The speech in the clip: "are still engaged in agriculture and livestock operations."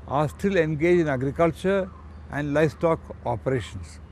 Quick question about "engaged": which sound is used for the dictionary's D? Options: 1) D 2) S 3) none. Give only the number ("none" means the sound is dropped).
3